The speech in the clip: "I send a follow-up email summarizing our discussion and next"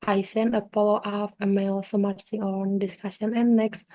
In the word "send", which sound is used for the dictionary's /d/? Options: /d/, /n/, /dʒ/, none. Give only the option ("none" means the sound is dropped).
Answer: none